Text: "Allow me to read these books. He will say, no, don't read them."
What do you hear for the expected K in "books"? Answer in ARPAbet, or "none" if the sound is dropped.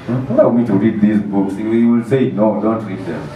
K